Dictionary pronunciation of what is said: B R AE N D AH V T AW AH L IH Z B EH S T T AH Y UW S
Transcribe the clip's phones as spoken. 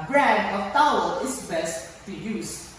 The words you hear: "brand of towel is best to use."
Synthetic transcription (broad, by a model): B R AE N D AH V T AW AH N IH S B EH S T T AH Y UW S